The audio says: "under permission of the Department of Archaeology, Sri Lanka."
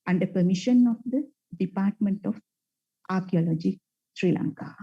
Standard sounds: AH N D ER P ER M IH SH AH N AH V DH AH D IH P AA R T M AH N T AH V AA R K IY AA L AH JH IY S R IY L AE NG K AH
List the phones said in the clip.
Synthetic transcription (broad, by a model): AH N D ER P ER M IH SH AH N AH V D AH D IH P AA R T M AH N T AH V AA R K IY AA L AH JH IY S R IY L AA NG K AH